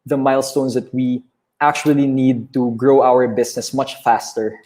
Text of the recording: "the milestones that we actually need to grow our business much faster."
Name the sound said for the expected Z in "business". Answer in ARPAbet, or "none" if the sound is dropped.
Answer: S